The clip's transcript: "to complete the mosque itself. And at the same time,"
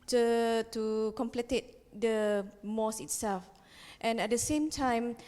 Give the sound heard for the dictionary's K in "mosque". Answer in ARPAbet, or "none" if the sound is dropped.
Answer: none